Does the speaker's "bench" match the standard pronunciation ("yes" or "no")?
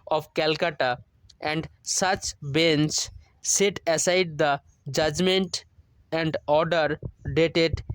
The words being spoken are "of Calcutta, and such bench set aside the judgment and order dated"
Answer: no